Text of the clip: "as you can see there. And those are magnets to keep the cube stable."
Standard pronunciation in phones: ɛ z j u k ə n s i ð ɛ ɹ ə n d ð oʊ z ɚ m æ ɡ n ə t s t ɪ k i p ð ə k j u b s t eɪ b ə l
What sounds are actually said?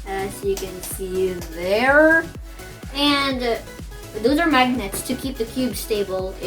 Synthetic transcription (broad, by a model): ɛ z j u k ə n s i ð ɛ ɹ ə n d ð oʊ z ɚ m æ ɡ n ə t s t ɪ k i p ð ə k j u b s t eɪ b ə l